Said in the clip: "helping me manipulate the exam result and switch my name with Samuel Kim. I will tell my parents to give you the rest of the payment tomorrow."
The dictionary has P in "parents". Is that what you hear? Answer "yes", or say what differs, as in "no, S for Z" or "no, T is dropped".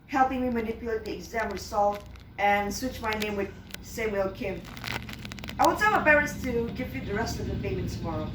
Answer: no, B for P